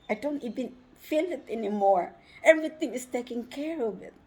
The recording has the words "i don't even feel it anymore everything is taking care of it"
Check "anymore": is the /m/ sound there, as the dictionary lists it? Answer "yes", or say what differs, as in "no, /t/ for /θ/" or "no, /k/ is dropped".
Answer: yes